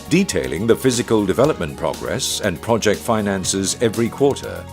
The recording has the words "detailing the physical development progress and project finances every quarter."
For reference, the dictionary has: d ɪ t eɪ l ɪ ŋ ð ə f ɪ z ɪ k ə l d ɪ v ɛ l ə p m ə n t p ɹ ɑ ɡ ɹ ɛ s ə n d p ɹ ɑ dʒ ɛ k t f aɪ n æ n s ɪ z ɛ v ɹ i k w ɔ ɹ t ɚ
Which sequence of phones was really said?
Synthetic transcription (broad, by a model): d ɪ t eɪ l ɪ ŋ ð ə f ɪ z ɪ k ə l d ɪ v ɛ l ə p m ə n p ɹ ɑ ɡ ɹ ɛ s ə n p ɹ ɑ dʒ ɛ k t f aɪ n æ n s ɪ z ɛ v ɹ i k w ɔ ɹ t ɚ